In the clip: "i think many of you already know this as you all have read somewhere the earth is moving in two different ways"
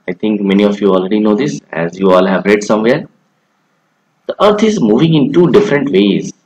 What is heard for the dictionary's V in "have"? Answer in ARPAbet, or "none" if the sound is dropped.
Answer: V